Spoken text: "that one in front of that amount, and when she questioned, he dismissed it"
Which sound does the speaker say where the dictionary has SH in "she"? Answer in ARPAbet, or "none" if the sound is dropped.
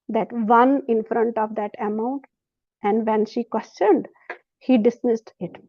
SH